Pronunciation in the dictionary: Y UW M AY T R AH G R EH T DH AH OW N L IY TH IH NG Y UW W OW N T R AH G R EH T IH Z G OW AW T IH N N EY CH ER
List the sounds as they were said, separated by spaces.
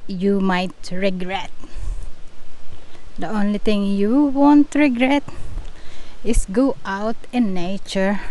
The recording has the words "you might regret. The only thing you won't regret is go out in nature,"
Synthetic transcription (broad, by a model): Y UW M AY T R AH G R EH T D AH OW N L IY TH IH NG Y UW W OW N T R AH G R EH T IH S G OW AW T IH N N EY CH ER